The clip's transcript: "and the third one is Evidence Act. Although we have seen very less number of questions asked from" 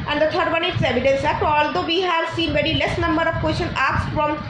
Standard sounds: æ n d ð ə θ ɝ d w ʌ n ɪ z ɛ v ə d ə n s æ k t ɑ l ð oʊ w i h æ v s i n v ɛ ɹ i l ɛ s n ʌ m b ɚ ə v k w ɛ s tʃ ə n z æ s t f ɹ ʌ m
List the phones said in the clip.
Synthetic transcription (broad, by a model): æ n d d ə t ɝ d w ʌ n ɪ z ɛ v ə d ə n s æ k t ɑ l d oʊ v i h æ v s i n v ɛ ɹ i l ɛ s n ʌ m b ɚ ə v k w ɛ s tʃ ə n æ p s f ɹ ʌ m